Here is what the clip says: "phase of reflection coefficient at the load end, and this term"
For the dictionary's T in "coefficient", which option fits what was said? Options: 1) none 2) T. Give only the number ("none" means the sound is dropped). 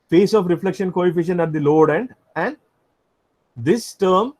1